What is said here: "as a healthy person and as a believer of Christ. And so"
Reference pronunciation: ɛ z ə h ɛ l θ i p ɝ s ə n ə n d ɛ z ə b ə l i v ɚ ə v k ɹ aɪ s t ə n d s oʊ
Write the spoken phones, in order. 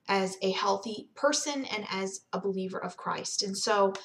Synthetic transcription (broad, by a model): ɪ z ə h ɛ l θ i p ɝ s ə n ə n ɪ z ə b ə l i v ɚ ə v k ɹ aɪ s t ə n s oʊ